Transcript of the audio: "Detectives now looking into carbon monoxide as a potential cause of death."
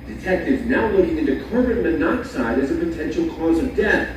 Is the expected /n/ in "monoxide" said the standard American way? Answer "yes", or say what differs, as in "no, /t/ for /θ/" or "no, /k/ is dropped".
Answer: yes